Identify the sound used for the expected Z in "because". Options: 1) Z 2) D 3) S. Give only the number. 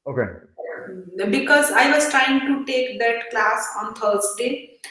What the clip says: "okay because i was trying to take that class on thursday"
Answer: 1